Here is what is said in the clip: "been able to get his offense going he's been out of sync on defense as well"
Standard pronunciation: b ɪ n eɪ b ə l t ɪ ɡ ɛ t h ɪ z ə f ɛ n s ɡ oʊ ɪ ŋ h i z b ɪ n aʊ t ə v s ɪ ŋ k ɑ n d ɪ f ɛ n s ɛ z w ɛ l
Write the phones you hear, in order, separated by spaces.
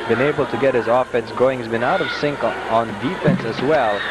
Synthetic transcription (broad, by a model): b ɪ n eɪ b l t ɪ ɡ ɛ t h ɪ z ə f ɛ n s ɡ oʊ ɪ ŋ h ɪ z b ɪ n aʊ t ə v s ɪ ŋ k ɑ n d ɪ f ɛ n s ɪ z w ɛ l